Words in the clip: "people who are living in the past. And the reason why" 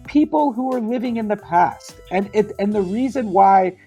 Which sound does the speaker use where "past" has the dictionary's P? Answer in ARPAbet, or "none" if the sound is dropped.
P